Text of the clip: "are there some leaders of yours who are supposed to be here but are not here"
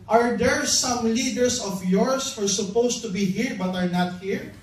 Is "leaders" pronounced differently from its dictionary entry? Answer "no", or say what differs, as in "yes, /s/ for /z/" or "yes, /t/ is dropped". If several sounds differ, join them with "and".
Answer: yes, /s/ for /z/